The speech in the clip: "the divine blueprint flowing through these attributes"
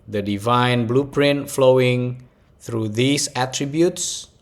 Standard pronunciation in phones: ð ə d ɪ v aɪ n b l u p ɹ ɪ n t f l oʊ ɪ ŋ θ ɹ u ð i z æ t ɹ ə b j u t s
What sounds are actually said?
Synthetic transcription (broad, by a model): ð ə d ɪ v aɪ n b l u p ɹ ɪ n t f l oʊ ɪ ŋ θ ɹ u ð i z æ t ɹ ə b j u t s